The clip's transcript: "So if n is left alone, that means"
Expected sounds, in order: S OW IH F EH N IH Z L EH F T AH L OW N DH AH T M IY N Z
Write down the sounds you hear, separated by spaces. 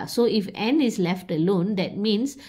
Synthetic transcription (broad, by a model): S OW IH F EH N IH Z L EH F T AH L OW N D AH T M IY N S